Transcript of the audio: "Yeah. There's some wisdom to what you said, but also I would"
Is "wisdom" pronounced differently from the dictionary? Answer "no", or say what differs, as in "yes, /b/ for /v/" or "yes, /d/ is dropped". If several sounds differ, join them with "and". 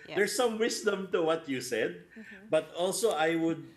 yes, /s/ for /z/